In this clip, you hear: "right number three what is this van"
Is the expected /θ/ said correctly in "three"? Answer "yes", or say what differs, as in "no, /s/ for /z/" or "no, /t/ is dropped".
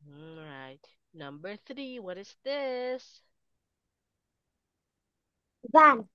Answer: yes